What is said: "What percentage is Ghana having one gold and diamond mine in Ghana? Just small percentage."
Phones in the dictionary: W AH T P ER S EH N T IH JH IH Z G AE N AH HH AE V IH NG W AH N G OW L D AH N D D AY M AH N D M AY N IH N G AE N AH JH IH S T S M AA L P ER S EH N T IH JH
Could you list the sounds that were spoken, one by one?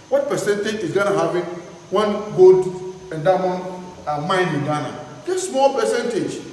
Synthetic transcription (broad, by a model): W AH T P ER S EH N T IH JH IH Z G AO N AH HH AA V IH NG W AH N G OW D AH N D D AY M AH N M AY N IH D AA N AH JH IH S S M AA L P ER S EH N T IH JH